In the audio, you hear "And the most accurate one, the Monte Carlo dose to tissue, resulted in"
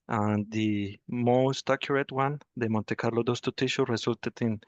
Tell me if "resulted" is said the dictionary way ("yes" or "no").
no